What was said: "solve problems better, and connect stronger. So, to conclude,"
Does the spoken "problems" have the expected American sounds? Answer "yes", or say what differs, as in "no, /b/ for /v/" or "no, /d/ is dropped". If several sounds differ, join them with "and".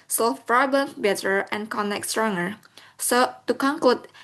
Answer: no, /l/ is dropped